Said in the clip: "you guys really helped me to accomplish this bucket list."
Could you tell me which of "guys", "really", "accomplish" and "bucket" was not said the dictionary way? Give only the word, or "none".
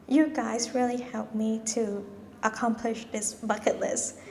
none